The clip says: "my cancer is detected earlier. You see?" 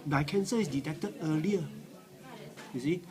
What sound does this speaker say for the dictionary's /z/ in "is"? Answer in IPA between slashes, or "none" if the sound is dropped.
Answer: /s/